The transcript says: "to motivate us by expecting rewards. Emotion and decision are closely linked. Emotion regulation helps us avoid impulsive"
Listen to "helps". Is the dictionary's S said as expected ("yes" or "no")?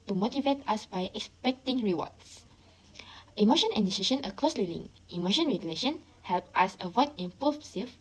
no